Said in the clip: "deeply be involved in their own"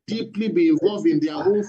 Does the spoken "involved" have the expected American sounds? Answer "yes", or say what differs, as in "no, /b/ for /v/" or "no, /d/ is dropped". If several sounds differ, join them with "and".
no, /d/ is dropped